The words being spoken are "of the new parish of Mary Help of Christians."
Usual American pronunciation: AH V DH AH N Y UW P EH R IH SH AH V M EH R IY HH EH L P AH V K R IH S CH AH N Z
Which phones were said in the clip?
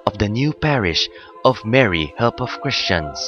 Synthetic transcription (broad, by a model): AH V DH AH N Y UW P EH R IH SH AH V M EH R IY HH EH L P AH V K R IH S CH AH N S